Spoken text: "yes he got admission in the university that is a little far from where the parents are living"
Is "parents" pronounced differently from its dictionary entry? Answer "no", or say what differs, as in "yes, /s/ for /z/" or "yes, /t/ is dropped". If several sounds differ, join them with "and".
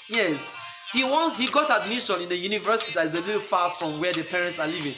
no